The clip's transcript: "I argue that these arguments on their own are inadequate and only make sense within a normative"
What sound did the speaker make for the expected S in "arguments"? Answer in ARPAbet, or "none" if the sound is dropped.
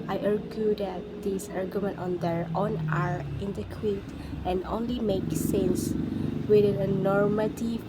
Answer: none